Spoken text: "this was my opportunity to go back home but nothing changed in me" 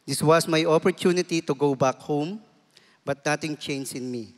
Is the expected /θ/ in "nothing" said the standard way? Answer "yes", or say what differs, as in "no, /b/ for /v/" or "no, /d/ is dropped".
no, /t/ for /θ/